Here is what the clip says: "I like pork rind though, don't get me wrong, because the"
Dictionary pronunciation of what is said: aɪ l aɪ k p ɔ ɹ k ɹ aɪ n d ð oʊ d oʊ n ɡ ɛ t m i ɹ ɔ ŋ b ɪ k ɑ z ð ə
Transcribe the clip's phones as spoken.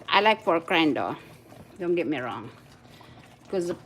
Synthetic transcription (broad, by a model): aɪ l aɪ k f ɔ ɹ k ɹ aɪ n d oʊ d oʊ n ɡ ɛ t m i ɹ ɔ ŋ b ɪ k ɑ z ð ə